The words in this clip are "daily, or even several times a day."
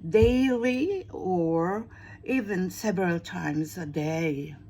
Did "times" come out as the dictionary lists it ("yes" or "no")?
yes